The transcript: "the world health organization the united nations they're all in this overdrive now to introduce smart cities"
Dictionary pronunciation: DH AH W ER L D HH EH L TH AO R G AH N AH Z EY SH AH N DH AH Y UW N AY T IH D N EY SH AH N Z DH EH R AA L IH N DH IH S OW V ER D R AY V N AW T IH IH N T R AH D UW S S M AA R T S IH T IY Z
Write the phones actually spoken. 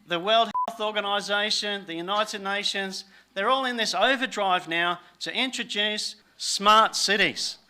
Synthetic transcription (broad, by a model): DH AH W ER L D HH EH L TH AO R G AH N AH Z EY SH AH N DH AH Y UW N AY T IH D N EY SH AH N Z DH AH R AA L IH N DH IH S OW V ER D R AY V N AW T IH IH N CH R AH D UW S S M AA R T S IH T IY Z